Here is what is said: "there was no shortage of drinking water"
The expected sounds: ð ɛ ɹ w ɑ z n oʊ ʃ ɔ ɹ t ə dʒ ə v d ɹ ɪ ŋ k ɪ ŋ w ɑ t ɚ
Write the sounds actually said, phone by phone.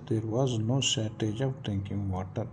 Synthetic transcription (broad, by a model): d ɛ ɹ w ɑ z n oʊ s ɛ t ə dʒ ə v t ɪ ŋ k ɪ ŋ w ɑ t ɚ